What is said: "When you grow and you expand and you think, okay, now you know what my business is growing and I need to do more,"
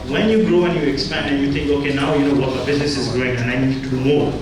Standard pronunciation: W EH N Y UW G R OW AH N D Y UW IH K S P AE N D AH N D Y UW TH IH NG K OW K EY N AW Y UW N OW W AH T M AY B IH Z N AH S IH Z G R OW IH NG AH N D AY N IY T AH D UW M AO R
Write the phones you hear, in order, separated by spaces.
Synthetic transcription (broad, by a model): W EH N Y UW G R OW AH N Y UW IH K S P AE N D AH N Y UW TH IH NG K OW K EY N AW Y UW N OW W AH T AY B IH Z N AH S IH Z G R OW IH NG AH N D AY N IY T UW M AO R